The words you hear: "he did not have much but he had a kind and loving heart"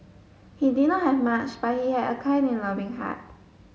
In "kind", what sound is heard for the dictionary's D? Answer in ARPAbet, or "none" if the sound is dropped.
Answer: none